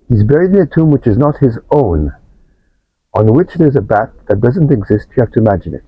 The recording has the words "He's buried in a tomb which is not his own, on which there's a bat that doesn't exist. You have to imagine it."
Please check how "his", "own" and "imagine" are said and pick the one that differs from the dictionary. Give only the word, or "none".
none